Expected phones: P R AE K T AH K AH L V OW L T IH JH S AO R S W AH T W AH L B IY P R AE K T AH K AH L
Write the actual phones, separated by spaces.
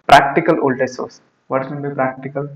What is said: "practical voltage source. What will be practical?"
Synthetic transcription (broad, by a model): P R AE K T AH K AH L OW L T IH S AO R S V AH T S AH N B IY P R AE K T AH K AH L